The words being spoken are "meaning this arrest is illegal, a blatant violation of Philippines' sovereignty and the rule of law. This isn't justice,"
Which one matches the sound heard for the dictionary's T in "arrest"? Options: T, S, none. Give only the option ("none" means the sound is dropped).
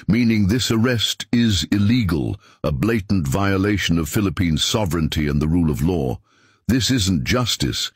T